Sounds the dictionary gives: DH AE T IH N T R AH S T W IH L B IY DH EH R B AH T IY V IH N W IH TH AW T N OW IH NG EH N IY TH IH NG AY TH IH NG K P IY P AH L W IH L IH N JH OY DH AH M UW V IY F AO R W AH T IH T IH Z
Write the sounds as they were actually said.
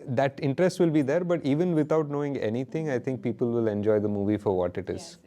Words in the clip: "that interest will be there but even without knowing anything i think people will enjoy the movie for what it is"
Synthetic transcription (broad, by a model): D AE T IH N T R AH S T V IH L B IY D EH R B AH T IY V IH N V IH T AW T N OW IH NG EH N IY T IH NG AY T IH NG K P IY P AH L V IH L IH N JH OY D AH M UW V IY F AO R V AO T IH T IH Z